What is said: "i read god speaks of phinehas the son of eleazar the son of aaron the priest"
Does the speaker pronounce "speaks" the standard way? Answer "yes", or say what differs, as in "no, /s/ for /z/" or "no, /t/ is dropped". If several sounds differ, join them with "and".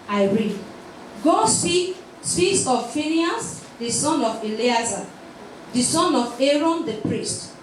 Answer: no, /k/ is dropped